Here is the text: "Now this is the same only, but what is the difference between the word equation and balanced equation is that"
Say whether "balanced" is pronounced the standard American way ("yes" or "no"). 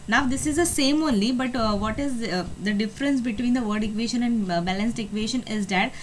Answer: yes